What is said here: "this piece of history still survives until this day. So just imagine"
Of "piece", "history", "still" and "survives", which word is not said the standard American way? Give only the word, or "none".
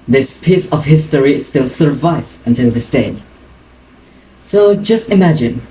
survives